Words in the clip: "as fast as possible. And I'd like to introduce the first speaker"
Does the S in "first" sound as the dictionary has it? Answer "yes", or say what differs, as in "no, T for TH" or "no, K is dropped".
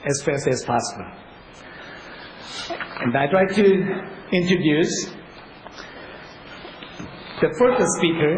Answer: no, S is dropped